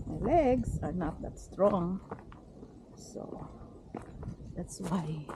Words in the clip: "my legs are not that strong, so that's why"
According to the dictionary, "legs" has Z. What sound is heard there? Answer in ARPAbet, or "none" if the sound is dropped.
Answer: S